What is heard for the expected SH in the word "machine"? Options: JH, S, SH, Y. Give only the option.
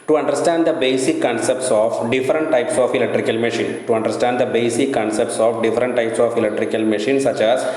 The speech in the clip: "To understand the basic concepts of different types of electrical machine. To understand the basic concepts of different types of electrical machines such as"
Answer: SH